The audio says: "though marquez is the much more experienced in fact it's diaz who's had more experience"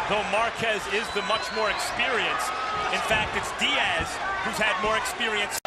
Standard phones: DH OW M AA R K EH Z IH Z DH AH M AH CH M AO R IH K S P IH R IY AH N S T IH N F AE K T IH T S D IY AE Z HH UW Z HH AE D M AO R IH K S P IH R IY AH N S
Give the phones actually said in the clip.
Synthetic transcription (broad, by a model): DH OW M AA R K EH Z IH Z DH AH M AH CH M AO R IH K S P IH R IY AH N S IH N F AE K T IH T S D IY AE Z HH UW Z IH D M AO R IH K S P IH R IY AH N S